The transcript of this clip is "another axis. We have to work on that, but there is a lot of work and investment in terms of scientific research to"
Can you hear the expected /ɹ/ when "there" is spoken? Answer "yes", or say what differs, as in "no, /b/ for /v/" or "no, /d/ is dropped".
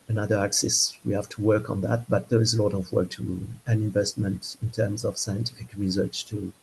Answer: yes